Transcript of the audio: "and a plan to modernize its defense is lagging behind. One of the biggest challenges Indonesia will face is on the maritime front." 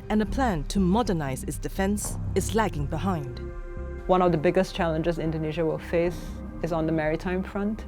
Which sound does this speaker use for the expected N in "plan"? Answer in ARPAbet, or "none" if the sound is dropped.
N